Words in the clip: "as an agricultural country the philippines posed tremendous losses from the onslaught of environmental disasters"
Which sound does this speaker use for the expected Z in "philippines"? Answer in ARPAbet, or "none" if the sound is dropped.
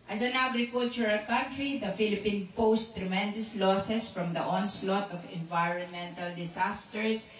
none